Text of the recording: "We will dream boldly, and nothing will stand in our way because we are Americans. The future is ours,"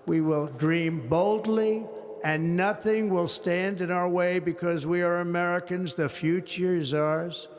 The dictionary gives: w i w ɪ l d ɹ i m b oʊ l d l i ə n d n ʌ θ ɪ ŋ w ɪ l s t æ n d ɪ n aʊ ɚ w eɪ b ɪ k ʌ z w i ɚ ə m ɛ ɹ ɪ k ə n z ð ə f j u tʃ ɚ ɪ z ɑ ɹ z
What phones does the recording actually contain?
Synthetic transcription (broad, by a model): w i w ɪ l d ɹ i m b oʊ l d l i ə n n ʌ θ ɪ ŋ w ɪ l s t æ n d ɪ n aʊ ɚ w eɪ b ɪ k ʌ z w i ɚ ə m ɛ ɹ ɪ k ə n z ð ə f j u tʃ ɚ z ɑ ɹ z